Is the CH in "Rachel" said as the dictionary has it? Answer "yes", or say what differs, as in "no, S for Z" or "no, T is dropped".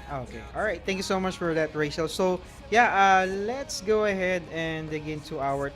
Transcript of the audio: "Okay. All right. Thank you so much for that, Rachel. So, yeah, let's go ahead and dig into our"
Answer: no, SH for CH